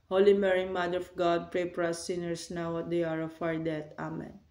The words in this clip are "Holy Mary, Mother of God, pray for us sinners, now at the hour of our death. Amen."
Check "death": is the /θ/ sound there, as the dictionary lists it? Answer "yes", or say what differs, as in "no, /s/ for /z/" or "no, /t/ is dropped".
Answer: no, /t/ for /θ/